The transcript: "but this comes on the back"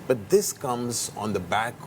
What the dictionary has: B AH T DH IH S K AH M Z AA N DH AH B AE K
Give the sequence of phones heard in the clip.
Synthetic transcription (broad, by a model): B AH T DH IH S K AH M Z N DH AH B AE K